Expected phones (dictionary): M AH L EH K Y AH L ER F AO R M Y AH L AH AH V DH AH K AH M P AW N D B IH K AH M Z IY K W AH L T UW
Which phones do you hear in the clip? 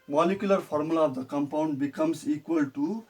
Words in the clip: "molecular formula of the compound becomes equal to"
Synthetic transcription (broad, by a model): M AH L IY K Y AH L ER P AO R M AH L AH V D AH K AH M P AW N D B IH K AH M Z IY K W AH L T UW